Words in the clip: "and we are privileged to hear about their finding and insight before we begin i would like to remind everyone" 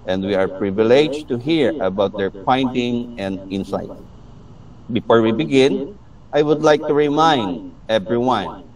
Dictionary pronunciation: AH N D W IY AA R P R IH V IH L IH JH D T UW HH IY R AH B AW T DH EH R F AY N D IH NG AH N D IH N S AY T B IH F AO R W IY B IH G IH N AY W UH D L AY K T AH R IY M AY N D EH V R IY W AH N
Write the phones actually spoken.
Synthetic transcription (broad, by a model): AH N D W IY AA R P R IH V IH L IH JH T UW HH IY R AH B AW T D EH R P AY N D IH NG AH N D IH N S AY T B IH F AO R W IY B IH G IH N AY W UH D L AY K T AH R IY M AY N D EH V R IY W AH N